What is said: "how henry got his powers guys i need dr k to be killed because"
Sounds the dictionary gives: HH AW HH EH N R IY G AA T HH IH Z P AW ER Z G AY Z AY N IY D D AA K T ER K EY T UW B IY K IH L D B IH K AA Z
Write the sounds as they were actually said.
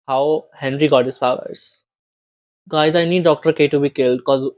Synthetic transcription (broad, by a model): HH AW HH EH N R IY G AA T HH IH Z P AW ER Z G AY Z AY N IY D D AA K T ER K EY T UW B IY K IH L D K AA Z